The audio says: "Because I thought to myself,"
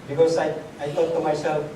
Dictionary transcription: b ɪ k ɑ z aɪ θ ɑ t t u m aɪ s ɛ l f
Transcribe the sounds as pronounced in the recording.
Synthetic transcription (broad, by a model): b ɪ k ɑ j aɪ t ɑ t t u m aɪ s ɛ l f